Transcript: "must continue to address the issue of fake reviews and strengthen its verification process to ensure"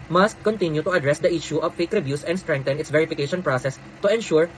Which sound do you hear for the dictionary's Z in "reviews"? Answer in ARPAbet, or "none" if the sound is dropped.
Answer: S